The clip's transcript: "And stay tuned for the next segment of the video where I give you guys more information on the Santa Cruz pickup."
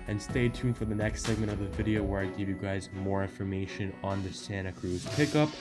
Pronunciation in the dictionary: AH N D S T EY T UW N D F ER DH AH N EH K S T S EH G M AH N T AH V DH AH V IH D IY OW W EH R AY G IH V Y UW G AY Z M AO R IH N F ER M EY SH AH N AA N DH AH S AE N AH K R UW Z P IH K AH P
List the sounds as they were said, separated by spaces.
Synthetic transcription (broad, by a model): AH N S T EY T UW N F ER DH AH N EH K S T S EH G M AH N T AH V DH AH V IH D IY OW W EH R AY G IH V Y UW G AY Z M AO R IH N F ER M EY SH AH N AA N DH AH S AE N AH K R UW Z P IH K AH P